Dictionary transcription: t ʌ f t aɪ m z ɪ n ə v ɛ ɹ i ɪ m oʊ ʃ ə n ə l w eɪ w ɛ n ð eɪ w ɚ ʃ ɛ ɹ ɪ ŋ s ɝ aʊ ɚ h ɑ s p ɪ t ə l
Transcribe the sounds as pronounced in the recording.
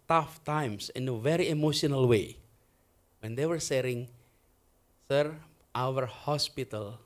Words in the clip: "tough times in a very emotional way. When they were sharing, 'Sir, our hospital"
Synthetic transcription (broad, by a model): t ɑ f t aɪ m s ɪ n ə v ɛ ɹ i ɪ m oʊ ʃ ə n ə l w eɪ w ɛ n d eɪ w ɚ s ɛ ɹ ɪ ŋ s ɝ aʊ ɚ h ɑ s p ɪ t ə l